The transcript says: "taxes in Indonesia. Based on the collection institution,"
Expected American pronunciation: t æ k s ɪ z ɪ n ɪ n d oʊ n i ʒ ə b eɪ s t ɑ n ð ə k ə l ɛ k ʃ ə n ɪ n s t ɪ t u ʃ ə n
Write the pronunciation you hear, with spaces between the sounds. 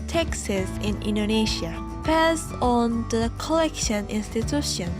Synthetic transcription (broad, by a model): t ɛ k s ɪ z ɪ n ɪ n d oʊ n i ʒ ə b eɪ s ɑ n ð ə k ə l ɛ k ʃ ə n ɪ n s t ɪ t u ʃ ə n